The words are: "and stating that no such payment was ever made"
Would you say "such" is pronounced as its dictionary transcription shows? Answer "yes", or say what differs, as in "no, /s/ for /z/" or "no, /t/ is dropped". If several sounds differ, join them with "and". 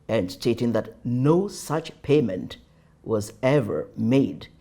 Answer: yes